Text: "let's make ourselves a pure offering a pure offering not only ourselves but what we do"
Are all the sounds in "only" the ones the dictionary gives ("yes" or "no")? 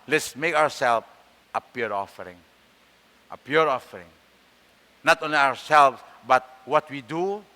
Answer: yes